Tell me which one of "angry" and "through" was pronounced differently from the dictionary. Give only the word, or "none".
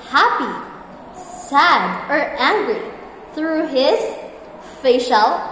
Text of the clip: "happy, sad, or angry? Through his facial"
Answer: none